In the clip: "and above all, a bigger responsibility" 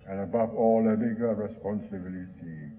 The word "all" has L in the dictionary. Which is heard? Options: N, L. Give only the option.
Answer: L